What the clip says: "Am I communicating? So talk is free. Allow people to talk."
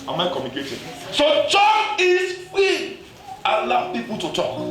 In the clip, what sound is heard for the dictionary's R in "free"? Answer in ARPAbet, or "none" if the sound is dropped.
none